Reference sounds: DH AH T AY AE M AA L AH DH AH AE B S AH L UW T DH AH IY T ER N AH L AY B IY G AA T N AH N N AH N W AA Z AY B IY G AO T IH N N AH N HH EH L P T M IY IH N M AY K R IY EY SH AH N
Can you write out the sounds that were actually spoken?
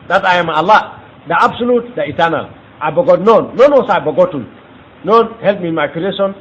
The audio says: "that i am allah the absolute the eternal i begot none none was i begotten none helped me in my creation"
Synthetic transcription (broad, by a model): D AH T AY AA M AA L AH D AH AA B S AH L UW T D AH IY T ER N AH L AY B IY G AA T N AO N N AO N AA S AY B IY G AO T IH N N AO N HH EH L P M IY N M AY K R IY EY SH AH N